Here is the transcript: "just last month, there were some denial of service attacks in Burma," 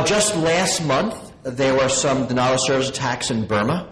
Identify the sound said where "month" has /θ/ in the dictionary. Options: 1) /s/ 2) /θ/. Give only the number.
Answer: 2